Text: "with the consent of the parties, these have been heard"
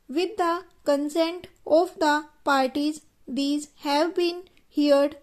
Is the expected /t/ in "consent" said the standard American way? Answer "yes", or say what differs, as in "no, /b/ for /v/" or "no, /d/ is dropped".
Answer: yes